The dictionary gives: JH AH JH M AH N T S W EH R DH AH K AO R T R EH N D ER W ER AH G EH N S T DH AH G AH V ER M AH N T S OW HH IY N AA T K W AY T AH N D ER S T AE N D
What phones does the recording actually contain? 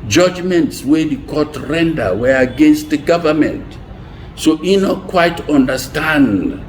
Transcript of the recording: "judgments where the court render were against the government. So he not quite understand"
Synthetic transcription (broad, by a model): JH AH JH M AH N T S W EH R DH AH K AO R T R EH N D ER W ER AH G EH N S T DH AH G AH V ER M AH N T S OW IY N AA T K W AY T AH N D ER S T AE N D